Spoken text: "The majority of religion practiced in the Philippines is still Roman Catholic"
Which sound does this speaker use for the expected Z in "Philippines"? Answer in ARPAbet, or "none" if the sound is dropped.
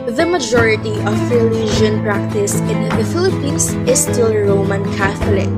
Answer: S